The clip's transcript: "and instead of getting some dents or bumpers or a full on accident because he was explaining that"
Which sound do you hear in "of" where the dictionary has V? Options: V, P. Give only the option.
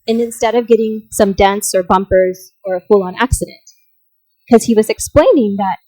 V